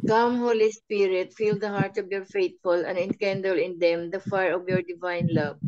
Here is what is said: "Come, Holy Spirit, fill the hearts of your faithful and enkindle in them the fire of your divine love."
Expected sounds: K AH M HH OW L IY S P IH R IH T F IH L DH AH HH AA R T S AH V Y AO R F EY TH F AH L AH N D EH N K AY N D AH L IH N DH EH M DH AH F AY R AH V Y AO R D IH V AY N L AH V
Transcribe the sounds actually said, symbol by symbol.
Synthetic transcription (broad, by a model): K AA M HH OW L IY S P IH R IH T F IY L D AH HH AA R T AH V Y AO R F EY T F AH L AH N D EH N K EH N D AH L IH N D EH M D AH F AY R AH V Y AO R D IH V AY N L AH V